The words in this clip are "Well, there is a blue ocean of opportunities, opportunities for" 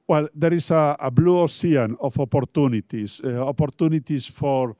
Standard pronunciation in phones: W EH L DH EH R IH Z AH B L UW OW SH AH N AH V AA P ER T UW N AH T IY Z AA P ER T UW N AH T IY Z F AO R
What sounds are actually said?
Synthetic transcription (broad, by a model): W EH L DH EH R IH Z AH B L UW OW S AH N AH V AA P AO T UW N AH T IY S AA P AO T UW N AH T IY S F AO R